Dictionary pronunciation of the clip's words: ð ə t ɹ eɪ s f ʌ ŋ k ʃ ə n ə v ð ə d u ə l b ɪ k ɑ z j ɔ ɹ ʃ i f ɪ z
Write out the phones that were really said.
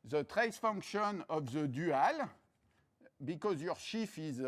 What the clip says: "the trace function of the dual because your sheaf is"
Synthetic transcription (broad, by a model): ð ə t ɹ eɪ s f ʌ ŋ k ʃ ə n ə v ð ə d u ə l b ɪ k ɑ z j ɔ ɹ ʃ i f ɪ z